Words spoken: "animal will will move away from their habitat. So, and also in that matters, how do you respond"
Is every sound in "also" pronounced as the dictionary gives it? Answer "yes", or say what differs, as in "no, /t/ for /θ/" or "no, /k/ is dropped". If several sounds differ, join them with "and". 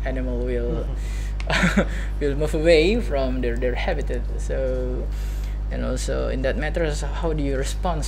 no, /l/ is dropped